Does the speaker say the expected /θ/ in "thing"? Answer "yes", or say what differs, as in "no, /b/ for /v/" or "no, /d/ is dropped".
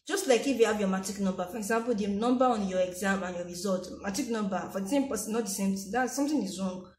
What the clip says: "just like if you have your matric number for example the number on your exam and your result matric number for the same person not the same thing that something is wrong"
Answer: no, /t/ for /θ/